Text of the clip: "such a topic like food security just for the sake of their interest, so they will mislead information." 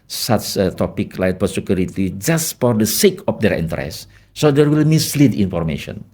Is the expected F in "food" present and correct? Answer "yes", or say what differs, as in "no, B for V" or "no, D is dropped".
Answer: no, P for F